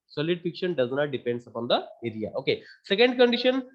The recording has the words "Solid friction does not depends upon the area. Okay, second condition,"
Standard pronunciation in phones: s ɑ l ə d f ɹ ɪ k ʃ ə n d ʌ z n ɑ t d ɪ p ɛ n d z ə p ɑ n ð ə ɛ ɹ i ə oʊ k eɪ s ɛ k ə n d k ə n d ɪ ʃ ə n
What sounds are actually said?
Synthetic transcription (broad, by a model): s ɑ l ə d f i k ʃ ə n d ʌ z n ɑ t d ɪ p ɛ n d s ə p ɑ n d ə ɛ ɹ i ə oʊ k eɪ s ɛ k ə n d k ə n d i ʃ ə n